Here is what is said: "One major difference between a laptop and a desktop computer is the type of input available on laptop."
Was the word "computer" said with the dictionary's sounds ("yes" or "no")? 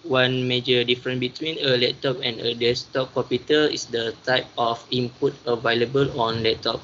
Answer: no